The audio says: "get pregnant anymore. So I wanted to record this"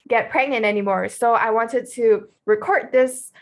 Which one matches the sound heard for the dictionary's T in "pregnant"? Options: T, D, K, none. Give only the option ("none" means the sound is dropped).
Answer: none